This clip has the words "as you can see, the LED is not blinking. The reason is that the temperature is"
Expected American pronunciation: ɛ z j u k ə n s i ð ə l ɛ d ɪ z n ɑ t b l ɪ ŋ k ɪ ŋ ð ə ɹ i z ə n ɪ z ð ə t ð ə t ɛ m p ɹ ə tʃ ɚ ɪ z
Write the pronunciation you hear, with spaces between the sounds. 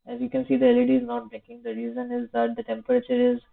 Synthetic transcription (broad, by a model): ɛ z j u k ə n s i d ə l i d ɪ z n ɑ t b ɛ k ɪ ŋ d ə ɹ i z ə n ɪ z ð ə t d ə t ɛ m p ɹ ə tʃ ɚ ɪ z